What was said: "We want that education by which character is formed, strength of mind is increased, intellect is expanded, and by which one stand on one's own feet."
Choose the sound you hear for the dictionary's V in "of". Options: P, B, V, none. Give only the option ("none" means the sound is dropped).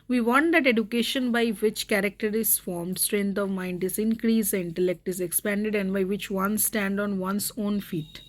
V